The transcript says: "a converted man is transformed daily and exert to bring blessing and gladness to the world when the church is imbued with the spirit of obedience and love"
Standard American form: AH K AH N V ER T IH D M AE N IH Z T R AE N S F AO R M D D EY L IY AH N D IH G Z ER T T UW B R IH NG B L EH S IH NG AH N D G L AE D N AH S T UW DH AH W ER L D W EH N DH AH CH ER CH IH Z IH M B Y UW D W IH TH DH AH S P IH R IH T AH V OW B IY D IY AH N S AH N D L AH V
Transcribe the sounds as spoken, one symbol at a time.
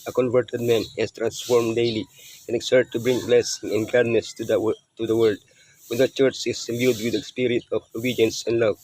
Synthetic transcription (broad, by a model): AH K AH N V ER T IH D M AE N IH S T R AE N S F AO R M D D EY L IY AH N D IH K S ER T T UW B R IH NG B L EH S IH NG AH N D G AA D N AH S T UW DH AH W ER L D W EH N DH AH CH ER CH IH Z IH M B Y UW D W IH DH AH S P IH R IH T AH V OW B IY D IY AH N S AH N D L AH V